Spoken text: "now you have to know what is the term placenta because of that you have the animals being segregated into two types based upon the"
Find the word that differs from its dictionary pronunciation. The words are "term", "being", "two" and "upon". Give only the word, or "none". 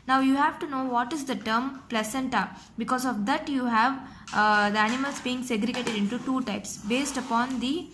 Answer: none